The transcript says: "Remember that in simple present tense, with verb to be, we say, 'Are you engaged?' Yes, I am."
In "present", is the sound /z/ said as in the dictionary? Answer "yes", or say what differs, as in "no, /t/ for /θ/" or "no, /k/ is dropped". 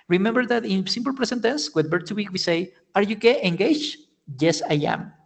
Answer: no, /s/ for /z/